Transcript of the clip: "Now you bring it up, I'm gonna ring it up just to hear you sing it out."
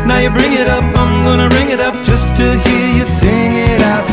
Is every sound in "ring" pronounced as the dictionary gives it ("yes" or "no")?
yes